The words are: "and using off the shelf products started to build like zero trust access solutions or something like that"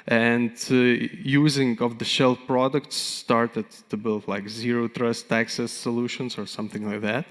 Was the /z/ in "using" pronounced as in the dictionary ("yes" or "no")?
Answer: yes